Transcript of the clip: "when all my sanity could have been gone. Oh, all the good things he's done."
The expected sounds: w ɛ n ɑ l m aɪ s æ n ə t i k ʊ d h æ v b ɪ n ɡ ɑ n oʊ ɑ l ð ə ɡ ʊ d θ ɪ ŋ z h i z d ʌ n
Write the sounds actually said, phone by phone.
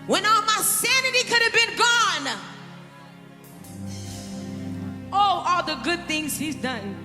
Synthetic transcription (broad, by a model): w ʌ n ɑ l m aɪ s æ n ə t i k ʊ d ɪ v b ɪ n ɡ ɑ n oʊ ɑ l ð ə ɡ ʊ d θ ɪ ŋ z h i z d ʌ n